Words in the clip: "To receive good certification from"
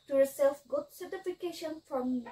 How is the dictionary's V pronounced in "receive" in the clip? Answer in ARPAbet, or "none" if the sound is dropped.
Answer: F